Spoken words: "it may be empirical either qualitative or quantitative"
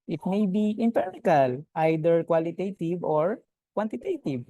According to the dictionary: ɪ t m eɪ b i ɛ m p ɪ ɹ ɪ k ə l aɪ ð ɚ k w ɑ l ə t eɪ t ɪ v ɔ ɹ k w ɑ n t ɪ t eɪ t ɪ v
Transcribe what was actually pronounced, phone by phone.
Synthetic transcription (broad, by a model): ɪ t m eɪ b i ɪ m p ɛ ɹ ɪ k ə l aɪ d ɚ k w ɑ l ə t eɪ t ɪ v ɔ ɹ k w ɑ n t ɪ t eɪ t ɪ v